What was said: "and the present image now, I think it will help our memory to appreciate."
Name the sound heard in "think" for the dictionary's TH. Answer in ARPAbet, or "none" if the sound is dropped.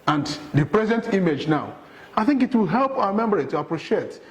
TH